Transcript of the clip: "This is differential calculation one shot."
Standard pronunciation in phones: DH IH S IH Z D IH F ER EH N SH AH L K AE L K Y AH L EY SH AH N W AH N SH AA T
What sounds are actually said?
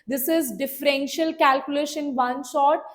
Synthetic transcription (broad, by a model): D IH S IH Z D IH F ER EH N SH AH L K AE L K Y AH L EY SH AH N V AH N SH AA T